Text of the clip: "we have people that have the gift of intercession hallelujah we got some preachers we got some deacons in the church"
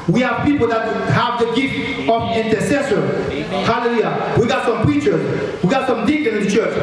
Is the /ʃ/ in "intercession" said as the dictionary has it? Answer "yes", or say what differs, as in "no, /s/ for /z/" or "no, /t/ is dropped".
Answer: no, /s/ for /ʃ/